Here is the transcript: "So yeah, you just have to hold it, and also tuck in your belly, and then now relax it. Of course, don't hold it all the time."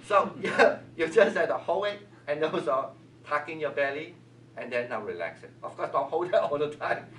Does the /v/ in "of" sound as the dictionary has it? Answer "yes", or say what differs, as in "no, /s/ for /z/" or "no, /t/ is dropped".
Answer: no, /f/ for /v/